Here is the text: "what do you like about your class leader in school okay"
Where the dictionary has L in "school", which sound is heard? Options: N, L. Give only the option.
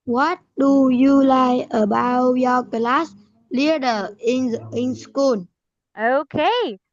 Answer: N